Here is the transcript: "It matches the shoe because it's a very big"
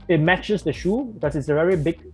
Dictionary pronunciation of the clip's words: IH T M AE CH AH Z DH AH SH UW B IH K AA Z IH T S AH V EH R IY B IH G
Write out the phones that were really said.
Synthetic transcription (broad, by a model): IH T M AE CH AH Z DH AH SH UW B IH K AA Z IH T S AH V EH R IY B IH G